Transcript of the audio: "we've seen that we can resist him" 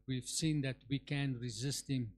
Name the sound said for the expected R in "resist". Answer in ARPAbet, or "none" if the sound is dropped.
R